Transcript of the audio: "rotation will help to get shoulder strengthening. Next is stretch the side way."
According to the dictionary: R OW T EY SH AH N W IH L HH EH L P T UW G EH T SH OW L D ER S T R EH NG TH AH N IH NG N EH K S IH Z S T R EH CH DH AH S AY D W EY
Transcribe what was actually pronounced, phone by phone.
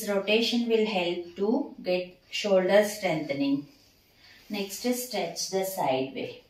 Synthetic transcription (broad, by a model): R OW T EY SH AH N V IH L HH EH L P T UW G EH T SH OW L D ER S T R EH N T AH N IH NG N EH K S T S T R EH CH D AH S AY D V EY